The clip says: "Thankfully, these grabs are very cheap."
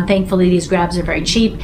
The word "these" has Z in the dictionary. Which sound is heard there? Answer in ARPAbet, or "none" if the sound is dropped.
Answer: Z